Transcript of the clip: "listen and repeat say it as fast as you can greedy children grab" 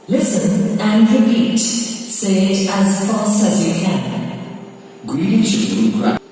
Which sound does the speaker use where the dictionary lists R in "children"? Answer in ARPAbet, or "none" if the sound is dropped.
none